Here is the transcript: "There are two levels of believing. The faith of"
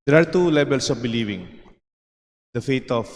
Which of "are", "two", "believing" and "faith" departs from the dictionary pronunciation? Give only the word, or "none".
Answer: faith